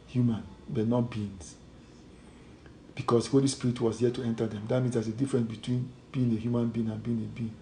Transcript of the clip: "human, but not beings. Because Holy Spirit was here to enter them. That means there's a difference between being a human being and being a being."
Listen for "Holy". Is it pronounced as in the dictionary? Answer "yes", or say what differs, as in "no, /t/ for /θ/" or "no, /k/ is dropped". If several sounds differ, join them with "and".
yes